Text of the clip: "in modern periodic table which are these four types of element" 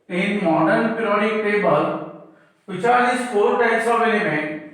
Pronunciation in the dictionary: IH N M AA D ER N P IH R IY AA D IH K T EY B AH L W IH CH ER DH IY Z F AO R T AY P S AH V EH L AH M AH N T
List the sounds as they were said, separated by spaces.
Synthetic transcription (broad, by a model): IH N M AA D ER N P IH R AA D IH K T EY B AH L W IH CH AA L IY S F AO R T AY S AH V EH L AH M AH